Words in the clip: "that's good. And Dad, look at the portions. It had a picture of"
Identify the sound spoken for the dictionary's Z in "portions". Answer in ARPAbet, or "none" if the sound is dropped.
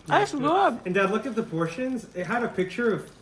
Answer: Z